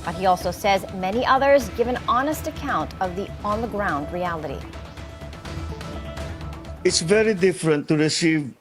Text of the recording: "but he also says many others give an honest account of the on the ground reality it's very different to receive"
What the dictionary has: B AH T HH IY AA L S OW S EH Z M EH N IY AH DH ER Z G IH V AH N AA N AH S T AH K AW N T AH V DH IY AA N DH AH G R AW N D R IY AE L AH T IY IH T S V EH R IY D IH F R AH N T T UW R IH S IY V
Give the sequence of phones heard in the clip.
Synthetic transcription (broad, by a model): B AH T HH IY AA L S OW S EH Z M EH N IY AH DH ER Z G IH V AH N AA N AH S T AH K AW N T AH V DH IY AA N DH AH G R AW N D R IY AE L AH T IY IH T S V EH R IY D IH F R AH N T T UW R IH S IY V